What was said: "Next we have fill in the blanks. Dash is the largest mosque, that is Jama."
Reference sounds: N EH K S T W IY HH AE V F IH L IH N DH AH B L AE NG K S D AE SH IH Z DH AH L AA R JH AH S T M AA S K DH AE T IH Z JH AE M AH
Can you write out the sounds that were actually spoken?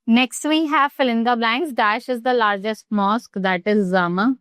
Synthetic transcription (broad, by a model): N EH K S T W IY HH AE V F IH L IH N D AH B L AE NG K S D AE SH IH Z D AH L AA R JH AH S T M AA S K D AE T IH Z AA M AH